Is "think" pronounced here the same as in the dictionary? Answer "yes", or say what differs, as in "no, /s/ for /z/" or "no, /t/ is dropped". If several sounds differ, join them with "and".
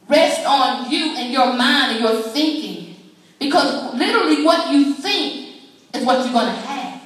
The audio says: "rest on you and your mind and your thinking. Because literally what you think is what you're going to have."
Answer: yes